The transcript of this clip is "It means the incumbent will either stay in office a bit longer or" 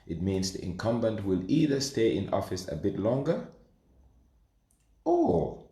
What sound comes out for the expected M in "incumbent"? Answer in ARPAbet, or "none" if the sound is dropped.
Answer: M